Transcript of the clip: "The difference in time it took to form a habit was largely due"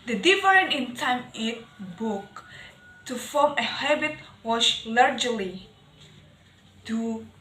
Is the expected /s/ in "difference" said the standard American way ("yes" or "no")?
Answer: no